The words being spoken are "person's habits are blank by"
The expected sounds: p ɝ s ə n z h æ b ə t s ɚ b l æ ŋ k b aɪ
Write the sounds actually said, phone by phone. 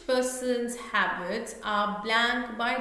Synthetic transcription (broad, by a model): p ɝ s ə n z h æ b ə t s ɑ b l æ ŋ k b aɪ